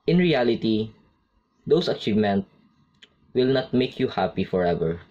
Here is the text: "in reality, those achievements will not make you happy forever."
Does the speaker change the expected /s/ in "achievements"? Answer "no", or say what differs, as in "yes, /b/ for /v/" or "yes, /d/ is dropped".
yes, /s/ is dropped